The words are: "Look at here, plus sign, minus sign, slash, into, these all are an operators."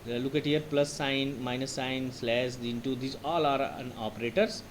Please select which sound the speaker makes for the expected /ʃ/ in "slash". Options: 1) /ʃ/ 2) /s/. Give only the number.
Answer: 2